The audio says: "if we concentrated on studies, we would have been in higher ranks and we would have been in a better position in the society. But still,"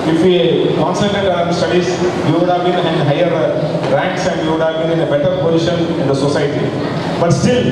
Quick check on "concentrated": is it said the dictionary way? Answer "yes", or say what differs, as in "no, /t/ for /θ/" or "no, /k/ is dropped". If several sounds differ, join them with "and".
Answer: no, /n/ is dropped and /ɹ/ is dropped